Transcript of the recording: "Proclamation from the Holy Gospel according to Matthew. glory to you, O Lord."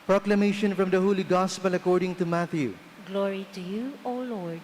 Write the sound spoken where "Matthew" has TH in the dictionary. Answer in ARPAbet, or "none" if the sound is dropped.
T